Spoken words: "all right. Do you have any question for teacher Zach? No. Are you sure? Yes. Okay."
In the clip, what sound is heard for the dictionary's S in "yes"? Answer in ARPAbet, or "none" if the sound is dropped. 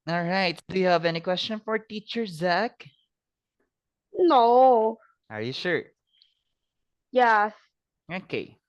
S